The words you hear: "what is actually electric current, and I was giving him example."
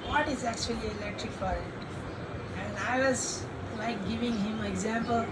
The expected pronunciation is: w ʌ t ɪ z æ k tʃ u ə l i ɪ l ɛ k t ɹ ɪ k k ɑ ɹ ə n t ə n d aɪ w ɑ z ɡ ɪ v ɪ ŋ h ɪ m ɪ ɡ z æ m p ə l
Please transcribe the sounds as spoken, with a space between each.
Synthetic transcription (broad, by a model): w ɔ t ɪ z æ k tʃ u ə l i ɪ l ɛ k t ɹ ɪ k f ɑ ɹ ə t ə n d aɪ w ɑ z ɡ ɪ v ɪ ŋ h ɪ m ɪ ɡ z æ m p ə l